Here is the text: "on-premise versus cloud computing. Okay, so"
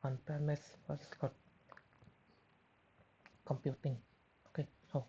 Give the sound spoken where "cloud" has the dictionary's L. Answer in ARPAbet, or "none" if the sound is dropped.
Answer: none